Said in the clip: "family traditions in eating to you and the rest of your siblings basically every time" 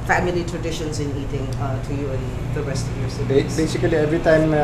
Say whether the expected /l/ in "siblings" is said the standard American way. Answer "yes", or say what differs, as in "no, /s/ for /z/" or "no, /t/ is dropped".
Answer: no, /l/ is dropped